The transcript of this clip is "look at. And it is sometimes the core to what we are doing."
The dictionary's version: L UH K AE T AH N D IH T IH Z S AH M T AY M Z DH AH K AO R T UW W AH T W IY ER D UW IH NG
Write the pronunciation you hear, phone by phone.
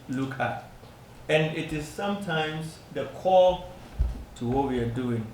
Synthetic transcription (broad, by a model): L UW K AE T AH N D IH T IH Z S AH M T AY M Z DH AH K AO L T UW W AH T W IY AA D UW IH NG